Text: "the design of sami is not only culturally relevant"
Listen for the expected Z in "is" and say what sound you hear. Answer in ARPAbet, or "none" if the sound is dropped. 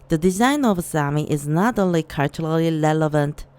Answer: Z